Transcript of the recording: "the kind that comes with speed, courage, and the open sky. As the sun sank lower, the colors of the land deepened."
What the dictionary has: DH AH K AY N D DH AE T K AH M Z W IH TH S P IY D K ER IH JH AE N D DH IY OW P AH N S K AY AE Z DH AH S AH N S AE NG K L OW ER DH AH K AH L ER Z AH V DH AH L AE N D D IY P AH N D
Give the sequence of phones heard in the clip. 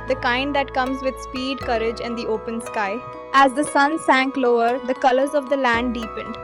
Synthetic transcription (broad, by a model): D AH K AY N D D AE T K AH M Z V IH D S P IY D K ER IH JH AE N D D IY OW P AH N S K AY AE Z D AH S AH N S AE NG K L OW ER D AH K AH L ER Z AH V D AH L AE N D D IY P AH N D